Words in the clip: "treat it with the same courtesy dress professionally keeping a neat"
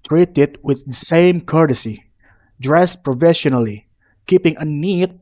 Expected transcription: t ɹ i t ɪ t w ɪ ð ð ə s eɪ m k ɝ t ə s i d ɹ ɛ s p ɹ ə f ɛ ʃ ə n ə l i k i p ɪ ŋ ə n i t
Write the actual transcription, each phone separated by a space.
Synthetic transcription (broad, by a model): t ɹ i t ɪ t w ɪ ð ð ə s eɪ m k ɝ t ə s i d ɹ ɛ s p ɹ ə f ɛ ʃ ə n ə l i k i p ɪ ŋ ə n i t